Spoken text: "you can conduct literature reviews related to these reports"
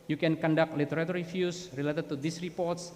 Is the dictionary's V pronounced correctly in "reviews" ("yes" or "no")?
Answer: no